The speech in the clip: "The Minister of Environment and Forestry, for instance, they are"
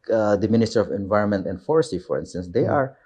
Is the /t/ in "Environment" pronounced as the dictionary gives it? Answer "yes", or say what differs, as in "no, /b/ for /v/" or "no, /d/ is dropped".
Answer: yes